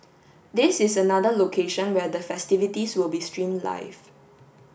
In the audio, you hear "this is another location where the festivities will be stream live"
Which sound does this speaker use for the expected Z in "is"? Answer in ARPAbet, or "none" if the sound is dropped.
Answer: S